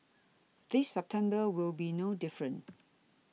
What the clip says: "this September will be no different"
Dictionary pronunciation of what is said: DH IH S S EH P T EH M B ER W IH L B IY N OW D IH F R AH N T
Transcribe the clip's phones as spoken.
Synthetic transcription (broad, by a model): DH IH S S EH P T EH M B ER W IH L B IY N OW D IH F R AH N